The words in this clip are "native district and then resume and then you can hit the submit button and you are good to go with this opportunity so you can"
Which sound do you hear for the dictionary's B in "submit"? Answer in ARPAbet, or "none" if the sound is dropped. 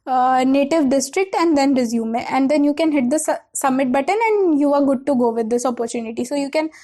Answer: none